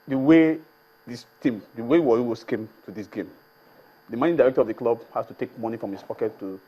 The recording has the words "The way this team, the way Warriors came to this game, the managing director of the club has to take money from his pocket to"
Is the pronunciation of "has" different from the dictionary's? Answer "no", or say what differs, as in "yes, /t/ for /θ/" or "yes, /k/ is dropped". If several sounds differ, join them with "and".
yes, /s/ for /z/